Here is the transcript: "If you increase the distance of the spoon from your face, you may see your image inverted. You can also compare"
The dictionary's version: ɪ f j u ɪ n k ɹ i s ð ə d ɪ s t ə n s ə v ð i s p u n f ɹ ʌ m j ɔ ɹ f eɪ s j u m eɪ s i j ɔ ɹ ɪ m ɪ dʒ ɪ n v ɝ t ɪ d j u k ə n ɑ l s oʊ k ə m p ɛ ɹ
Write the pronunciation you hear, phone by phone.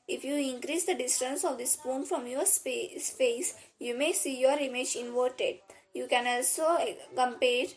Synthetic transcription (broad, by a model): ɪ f j u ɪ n k ɹ i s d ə d ɪ s t ə n s ə v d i s p u n f ɹ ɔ m j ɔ ɹ p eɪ s j u m eɪ s i j ɔ ɹ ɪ m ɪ dʒ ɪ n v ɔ t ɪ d j u k ə n ɑ l s oʊ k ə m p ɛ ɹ